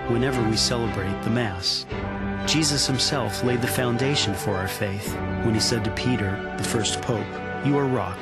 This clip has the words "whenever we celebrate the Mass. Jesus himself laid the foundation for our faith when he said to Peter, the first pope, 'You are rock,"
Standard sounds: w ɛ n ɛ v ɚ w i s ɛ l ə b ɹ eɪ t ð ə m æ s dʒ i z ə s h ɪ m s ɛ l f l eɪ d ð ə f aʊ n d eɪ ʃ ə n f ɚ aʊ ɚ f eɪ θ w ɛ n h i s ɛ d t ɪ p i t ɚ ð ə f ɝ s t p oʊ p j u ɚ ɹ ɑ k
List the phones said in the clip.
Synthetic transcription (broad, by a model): w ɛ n ɛ v ɚ w i s ɛ l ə b ɹ eɪ t ð ə m æ s dʒ i z ə s h ɪ m s ɛ l f l eɪ d ð ə f aʊ n d eɪ ʃ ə n f ɚ aʊ ɚ f eɪ θ w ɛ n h i s ɛ d t ɪ p i t ɚ ð ə f ɝ s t p oʊ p j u ɚ ɹ ɑ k